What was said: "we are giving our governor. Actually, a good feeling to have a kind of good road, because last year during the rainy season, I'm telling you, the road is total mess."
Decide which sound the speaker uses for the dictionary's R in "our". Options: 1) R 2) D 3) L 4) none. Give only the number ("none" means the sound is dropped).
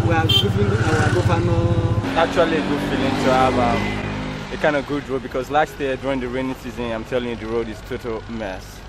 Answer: 3